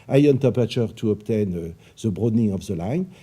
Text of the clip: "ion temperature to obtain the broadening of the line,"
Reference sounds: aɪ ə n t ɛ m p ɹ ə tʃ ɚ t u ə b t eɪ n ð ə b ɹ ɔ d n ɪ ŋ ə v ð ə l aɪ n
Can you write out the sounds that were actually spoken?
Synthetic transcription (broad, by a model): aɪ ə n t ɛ p ə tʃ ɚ t u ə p t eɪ n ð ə b ɹ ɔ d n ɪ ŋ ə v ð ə l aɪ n